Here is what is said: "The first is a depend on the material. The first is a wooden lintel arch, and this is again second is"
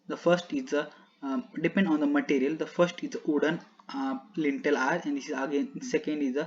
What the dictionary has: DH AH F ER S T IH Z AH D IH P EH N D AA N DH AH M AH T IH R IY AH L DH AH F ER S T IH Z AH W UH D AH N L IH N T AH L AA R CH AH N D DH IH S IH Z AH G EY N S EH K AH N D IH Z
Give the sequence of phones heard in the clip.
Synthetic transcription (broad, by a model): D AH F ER S T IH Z AH D IH P EH N D AA N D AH M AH T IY R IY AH L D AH F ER S T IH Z AH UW D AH N L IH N T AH L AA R AH N D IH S IH Z AH G EY N S EH K AH N D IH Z